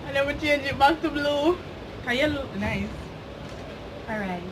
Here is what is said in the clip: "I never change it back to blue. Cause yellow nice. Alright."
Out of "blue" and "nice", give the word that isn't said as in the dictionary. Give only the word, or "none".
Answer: none